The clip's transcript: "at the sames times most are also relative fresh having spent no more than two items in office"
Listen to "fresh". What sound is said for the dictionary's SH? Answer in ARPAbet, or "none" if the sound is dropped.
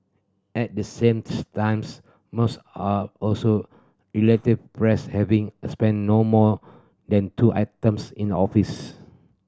S